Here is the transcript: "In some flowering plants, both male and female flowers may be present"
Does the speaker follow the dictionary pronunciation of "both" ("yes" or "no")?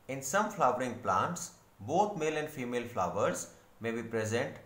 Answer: no